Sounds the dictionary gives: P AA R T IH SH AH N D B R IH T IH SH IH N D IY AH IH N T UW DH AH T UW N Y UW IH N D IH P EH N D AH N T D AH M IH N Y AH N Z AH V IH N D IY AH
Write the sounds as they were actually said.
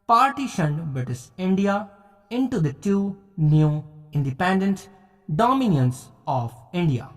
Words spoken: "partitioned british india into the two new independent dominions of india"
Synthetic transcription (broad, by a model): P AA R T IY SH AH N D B IH T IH S IH N D IY AH IH N T UW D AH T UW N Y UW IH N D IH P EH N D AH N T D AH M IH N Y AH N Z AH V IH N D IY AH